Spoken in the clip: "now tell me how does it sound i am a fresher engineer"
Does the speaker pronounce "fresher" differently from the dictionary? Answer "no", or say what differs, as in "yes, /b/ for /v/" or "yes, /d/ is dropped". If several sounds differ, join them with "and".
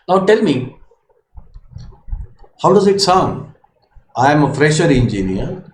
no